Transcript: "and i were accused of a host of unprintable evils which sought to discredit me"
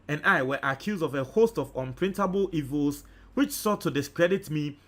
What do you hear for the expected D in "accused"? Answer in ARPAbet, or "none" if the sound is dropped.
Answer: D